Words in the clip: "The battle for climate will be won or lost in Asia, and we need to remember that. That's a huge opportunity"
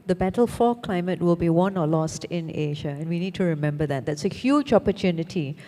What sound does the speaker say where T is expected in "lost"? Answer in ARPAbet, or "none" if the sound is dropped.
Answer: T